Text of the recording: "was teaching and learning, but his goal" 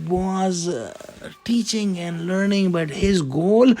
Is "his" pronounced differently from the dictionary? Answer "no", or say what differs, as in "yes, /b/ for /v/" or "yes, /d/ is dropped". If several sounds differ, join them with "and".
no